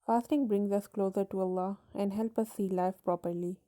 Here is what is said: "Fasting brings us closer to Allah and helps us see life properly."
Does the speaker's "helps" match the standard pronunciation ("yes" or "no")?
no